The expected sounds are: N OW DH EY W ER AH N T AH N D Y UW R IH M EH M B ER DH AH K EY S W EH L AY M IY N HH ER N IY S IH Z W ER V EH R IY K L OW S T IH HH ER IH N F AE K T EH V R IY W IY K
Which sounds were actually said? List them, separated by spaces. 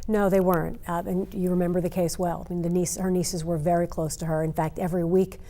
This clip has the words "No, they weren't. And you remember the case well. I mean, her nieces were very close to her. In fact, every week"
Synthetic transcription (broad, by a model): N OW DH EY W ER AH N T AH N Y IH R IH M EH M B ER DH AH K EY S W EH L AY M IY N HH ER N IY S IH Z W ER V EH R IY K L OW S T IH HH ER IH N F AE K T EH V R IY W IY K